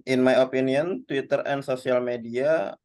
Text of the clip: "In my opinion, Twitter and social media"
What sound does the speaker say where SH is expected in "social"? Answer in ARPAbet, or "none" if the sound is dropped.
S